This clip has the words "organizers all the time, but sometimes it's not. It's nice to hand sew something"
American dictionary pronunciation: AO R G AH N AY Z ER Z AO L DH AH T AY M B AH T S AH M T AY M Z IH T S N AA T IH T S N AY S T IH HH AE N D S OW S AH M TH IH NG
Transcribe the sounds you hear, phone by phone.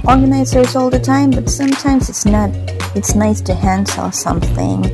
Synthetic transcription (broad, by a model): AO R G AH N AY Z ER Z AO L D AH T AY M B AH T S AH M T AY M Z IH T S N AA T IH T S N AY S T IH HH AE N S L S AH M TH IH NG